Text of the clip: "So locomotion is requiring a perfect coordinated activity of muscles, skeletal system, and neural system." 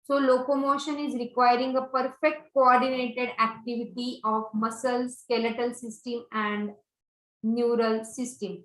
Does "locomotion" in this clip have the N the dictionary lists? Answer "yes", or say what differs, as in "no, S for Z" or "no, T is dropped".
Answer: yes